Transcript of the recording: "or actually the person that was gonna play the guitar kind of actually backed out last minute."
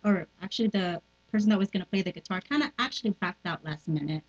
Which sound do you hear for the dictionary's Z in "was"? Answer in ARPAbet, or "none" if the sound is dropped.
Z